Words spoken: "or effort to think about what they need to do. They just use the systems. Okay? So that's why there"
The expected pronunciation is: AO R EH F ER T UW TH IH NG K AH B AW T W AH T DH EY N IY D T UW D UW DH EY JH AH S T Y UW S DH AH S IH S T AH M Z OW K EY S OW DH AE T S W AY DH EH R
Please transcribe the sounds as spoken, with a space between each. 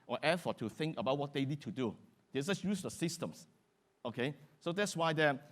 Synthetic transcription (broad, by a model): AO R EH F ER T UW TH IH NG K AH B AW T W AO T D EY N IY D T UW D UW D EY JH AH S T Y UW S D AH S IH S T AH M S OW K EY S OW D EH T S W AY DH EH